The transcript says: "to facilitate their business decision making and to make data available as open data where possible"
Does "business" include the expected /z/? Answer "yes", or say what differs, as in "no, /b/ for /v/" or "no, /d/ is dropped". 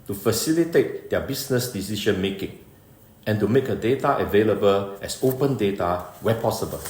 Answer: no, /s/ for /z/